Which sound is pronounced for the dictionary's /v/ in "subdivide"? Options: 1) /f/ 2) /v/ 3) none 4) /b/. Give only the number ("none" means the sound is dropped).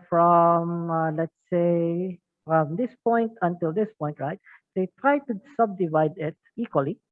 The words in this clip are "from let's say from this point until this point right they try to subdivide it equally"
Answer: 2